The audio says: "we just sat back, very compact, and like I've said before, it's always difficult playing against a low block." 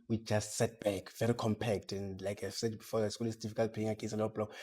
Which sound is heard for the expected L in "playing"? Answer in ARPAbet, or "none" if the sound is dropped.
none